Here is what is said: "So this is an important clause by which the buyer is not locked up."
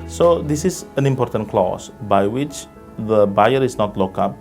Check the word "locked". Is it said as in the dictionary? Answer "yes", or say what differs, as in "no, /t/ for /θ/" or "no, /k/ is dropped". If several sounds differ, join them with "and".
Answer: no, /t/ is dropped